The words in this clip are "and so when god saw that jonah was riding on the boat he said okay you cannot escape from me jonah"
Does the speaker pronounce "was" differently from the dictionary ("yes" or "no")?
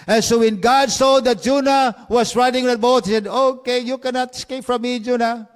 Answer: yes